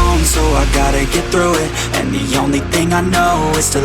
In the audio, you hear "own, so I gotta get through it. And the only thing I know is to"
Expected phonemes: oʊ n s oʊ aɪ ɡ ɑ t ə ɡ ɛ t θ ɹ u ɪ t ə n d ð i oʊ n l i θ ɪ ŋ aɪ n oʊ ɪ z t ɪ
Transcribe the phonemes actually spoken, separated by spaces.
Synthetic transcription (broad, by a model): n s oʊ aɪ ɡ ɑ t ə ɡ ɛ t θ ɹ u ɪ t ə n ð i oʊ n l i θ ɪ ŋ aɪ n oʊ ɪ z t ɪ